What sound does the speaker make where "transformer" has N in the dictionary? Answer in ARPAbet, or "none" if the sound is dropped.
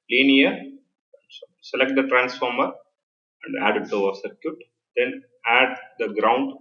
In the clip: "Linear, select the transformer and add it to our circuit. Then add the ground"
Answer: N